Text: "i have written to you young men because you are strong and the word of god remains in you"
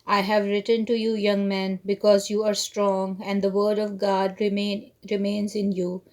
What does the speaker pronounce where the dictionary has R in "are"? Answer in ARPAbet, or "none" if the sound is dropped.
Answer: R